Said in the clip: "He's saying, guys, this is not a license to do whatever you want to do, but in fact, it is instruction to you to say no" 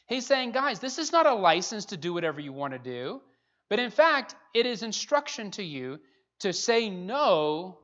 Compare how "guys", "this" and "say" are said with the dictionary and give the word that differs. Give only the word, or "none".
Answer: none